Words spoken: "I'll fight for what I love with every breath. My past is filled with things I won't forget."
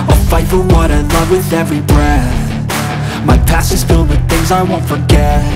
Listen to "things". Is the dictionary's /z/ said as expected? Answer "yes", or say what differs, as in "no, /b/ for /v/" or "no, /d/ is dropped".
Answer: yes